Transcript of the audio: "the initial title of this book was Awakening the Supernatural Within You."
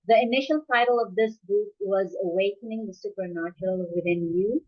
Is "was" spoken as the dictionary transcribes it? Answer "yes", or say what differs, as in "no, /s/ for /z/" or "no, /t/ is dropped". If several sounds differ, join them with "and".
yes